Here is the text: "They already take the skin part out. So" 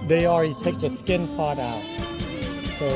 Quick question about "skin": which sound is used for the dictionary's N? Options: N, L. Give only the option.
N